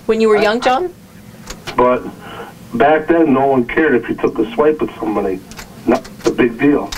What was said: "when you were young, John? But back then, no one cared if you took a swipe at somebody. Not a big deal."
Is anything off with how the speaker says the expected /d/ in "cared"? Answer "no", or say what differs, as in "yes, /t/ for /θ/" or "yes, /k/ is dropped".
no